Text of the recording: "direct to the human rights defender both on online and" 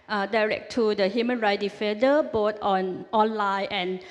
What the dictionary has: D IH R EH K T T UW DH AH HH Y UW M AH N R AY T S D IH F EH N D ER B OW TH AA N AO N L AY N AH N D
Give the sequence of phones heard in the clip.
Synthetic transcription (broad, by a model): D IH R EH K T T UW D AH HH Y UW M AH N R AY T D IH F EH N D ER B OW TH AA N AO N L AY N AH N